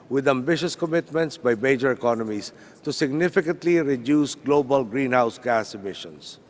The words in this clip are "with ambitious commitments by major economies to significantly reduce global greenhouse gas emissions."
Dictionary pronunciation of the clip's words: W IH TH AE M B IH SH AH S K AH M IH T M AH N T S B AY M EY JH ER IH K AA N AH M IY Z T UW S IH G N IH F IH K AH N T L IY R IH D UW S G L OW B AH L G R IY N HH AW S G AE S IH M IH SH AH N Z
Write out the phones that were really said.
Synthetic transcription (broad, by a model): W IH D AE M B IH SH AH S K AH M IH T M AH N T S B AY M EY JH ER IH K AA N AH M IY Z T UW S IH G N IH F IH K AH N T L IY R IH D UW S G L OW B AH L G R IY N HH AW S G AE S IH M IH SH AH N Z